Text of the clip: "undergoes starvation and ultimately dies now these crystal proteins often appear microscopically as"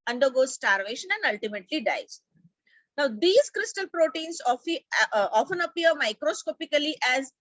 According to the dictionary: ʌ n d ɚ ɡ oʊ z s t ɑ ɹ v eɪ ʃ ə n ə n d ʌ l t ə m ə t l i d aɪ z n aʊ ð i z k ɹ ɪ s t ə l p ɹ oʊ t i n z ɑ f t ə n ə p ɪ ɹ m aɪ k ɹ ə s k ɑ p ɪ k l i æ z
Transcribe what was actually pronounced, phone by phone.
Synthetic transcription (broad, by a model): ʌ n d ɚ ɡ oʊ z s t ɑ ɹ v eɪ ʃ ə n ə n d ʌ l t ə m ə t l i d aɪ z n aʊ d i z k ɹ ɪ s t ə l p ɹ oʊ t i n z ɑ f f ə n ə p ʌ ɹ m aɪ k ɹ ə s k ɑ p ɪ k l i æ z